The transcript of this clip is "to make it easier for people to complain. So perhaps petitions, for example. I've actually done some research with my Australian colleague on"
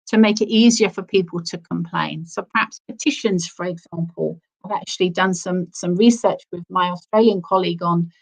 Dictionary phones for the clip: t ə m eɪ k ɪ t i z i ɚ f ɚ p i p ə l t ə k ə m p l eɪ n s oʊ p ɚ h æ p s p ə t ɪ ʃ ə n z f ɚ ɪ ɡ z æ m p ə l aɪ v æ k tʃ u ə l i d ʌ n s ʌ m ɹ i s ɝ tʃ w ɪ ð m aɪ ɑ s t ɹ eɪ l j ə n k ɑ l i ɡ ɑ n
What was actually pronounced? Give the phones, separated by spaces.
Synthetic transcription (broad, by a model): t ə m eɪ k ɪ t i z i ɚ f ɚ p i p ə l t ə k ə m p l eɪ n s oʊ p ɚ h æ p s p ə t ɪ ʃ ə n z f ɚ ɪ ɡ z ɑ m p ə l aɪ v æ k tʃ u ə l i d ʌ n s ʌ m ɹ i s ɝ tʃ w ɪ ð m aɪ ɑ s t ɹ eɪ l j ə n k ɑ l i ɡ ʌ n